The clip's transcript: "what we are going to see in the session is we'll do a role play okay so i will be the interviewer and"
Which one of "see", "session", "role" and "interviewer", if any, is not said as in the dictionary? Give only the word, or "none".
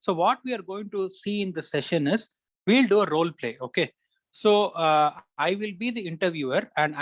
none